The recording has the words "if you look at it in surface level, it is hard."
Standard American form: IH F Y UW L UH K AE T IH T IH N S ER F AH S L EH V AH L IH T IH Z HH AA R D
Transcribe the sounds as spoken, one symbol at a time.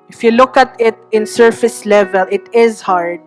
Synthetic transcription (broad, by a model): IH F Y UW L UH K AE T IH T IH N S ER F AH S L EH V AH L IH T IH Z HH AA R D